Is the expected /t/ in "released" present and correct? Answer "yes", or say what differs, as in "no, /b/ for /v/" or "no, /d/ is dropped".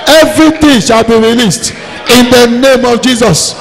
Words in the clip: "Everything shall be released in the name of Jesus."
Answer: yes